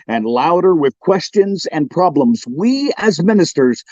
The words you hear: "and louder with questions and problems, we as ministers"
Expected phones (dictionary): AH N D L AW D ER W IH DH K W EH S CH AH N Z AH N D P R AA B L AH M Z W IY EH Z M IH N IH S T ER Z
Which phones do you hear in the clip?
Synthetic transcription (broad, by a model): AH N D L AW D ER W IH DH K W EH S CH AH N Z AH N P R AA B L AH M Z W IY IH Z M IH N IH S T ER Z